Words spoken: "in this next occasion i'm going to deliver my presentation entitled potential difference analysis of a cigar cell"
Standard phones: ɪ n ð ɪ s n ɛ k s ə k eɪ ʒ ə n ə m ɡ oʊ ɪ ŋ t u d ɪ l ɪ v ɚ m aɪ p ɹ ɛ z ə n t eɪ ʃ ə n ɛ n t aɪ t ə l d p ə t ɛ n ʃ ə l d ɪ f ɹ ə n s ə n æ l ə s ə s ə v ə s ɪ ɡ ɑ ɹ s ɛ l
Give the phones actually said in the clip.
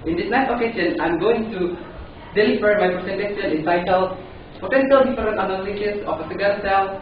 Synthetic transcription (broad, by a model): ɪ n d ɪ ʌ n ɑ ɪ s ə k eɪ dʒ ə n ə m ɡ oʊ ɪ ŋ t u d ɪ l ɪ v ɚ m aɪ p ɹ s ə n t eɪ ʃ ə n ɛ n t aɪ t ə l p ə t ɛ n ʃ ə l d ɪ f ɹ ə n ə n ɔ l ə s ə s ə p ə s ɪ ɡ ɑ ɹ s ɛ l